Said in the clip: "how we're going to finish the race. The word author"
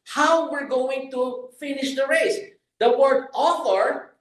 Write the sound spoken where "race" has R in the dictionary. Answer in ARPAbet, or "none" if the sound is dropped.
R